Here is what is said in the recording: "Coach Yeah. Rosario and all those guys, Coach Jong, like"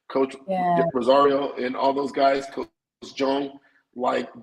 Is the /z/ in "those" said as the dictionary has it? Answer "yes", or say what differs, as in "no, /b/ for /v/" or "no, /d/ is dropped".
yes